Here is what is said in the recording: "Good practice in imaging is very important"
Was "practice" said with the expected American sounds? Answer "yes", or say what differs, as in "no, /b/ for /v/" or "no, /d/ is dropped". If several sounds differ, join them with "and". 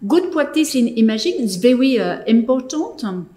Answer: no, /w/ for /ɹ/ and /k/ is dropped